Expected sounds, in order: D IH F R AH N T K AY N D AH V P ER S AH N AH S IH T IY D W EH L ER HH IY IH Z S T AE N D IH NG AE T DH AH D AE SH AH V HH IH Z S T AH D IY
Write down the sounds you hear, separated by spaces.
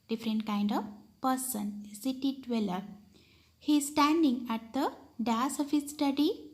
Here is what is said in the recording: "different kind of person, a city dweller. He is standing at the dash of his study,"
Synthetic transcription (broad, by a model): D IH F R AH N T K AY N D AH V P ER S AH N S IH T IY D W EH L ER HH IY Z S T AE N D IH NG AE T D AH D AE S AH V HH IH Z S T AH D IY